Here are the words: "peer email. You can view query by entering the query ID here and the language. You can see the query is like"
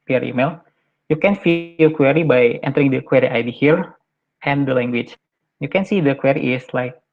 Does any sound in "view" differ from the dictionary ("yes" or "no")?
yes